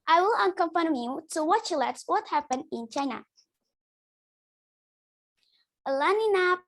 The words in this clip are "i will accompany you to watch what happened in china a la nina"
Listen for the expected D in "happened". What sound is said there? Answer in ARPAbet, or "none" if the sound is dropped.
none